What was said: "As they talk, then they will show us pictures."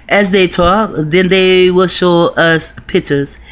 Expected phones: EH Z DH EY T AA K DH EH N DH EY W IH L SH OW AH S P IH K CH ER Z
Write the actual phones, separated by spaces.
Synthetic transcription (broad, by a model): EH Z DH EY T AA K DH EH N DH EY W IH L SH OW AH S P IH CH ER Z